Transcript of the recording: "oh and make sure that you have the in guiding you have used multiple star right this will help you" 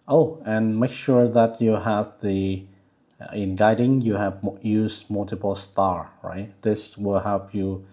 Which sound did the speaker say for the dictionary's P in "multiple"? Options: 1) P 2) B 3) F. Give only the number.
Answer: 1